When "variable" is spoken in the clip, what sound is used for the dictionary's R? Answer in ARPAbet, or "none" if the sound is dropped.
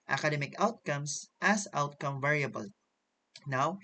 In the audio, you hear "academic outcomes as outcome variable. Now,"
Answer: R